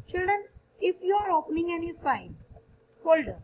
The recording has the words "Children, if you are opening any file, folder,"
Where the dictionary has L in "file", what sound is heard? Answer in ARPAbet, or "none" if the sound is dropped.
N